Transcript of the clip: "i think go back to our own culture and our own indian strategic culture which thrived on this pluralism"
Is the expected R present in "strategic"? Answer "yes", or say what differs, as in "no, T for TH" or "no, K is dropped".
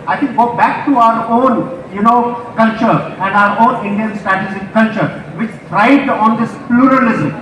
no, R is dropped